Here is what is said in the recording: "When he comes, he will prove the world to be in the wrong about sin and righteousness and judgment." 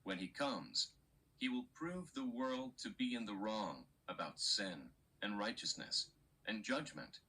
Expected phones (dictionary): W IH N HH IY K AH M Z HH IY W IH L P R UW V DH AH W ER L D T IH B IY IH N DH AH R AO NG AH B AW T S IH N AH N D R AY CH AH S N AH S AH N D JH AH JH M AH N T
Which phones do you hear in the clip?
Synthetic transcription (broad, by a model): W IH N IY K AH M Z HH IY W IH L P R UW V DH AH W ER L D T IH B IY IH N DH AH R AO NG AH B AW T S IH N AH N R AY CH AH S N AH S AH N JH AH JH M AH N T